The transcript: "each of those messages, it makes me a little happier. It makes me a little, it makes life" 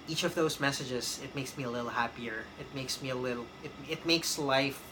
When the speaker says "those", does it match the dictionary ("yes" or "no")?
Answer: yes